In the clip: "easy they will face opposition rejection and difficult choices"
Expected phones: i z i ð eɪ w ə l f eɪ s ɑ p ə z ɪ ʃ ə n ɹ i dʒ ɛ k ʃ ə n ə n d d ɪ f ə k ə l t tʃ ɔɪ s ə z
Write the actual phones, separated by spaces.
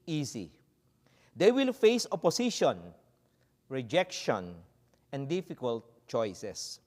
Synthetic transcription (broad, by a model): i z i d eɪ w ə l f eɪ s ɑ p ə s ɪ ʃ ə n ɹ i dʒ ɛ k ʃ ə n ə n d d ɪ f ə k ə l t tʃ ɔɪ s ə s